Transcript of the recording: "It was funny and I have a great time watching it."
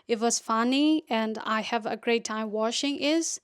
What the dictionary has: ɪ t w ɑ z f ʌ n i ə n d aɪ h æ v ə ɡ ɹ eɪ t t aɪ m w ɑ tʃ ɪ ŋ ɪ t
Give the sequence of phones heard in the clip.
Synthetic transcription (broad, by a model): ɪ t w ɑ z f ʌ n i ə n d aɪ h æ v ə ɡ ɹ eɪ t t aɪ m w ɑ ʃ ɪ ŋ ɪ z